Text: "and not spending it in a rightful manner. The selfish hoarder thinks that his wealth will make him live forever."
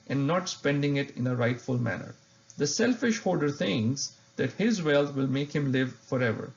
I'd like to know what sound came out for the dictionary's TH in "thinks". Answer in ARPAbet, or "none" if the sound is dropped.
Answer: T